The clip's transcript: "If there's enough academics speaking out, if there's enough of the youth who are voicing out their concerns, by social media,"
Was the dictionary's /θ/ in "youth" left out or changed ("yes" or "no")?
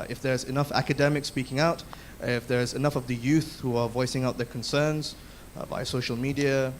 no